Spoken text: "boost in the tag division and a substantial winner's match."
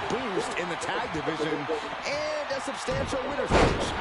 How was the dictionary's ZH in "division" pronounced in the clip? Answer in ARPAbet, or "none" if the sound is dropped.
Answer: ZH